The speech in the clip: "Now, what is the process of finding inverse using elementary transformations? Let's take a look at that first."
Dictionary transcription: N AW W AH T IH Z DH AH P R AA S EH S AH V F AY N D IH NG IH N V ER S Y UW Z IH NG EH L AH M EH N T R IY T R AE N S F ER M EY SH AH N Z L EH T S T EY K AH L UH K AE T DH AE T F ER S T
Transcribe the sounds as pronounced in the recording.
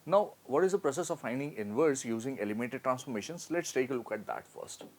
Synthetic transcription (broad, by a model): N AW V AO T IH Z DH AH P R AA S EH S AH V F AY N D IH NG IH N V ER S Y UW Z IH NG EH L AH M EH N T IY T R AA N S F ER M EY SH AH N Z L EH T S T EY K AH L UH K AE T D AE T F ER S T